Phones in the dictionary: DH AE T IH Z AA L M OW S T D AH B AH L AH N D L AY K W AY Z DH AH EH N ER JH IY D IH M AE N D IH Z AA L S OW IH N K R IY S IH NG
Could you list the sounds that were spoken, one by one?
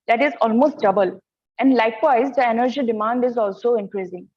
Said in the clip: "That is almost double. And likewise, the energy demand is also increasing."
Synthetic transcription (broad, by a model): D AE T IH Z AA L M OW S T D AH B AH L AH N D L AY K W AY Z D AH EH N ER JH IY D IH M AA N D IH Z AA L S OW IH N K R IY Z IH NG